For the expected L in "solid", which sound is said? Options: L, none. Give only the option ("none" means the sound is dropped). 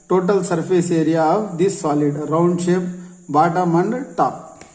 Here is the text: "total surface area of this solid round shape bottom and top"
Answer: L